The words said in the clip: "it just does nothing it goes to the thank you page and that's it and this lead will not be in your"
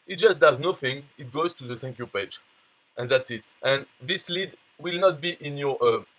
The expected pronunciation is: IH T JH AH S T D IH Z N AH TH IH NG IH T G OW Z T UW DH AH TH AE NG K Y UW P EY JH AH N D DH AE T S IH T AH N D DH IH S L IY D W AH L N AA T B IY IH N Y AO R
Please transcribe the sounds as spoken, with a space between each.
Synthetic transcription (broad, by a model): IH T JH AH S T D IH Z N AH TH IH NG IH T G OW Z T UW DH AH S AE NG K Y UW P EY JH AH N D DH AE T S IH T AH N DH IH S L IY D W AH L N AA T B IY IH N Y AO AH